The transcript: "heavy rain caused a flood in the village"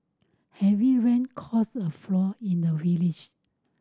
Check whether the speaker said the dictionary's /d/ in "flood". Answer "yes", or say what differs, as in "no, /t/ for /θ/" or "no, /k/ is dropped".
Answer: no, /d/ is dropped